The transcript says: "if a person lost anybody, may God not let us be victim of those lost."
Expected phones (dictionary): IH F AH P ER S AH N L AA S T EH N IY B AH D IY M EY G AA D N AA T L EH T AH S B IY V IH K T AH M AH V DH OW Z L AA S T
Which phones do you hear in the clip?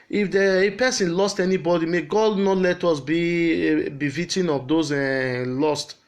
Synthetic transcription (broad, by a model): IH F AH P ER S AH N L AA S T EH N IY B AH D IY M EY G AA D N AA T L EH T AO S B IY B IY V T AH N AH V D OW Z L AA S T